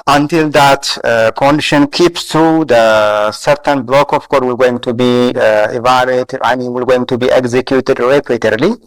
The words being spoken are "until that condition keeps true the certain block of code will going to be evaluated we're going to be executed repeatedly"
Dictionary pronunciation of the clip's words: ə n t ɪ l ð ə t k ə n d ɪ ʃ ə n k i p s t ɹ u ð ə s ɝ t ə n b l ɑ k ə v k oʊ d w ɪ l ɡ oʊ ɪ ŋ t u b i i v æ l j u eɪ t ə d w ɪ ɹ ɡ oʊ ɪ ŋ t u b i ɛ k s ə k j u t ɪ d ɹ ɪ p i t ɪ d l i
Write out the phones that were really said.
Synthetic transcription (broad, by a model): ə n t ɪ l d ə t k ə n d ɪ ʃ ə n k i p s t ɹ u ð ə s ɝ t ə n b l ɑ k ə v k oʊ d w ɪ l ɡ oʊ ɪ ŋ t u b i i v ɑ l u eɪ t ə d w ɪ l ɡ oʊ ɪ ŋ t u b i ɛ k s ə k j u t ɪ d ɹ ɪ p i t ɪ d l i